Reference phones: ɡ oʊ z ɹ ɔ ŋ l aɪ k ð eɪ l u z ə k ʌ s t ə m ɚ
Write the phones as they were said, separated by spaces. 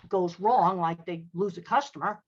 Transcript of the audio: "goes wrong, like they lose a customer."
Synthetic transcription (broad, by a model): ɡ oʊ z ɹ ɔ ŋ l aɪ k ð eɪ l u z ə k ʌ s t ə m ɚ